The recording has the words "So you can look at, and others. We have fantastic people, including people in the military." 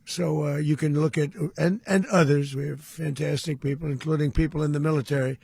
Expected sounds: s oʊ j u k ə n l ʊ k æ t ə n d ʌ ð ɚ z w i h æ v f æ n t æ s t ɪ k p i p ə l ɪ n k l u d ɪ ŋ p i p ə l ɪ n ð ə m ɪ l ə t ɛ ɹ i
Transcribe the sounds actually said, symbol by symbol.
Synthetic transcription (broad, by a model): s oʊ j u k ə n l ʊ k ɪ t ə n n ʌ ð ɚ z w i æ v f æ n t æ s t ɪ k p i p l ɪ n k l u d ɪ ŋ p i p l ɪ n ð ə m ɪ l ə t ɛ ɹ i